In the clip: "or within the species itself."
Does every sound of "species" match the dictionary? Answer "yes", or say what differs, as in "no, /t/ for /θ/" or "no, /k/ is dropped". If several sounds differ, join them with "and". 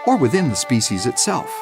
yes